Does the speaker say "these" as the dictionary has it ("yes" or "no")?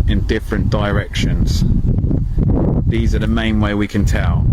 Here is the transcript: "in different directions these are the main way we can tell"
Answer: yes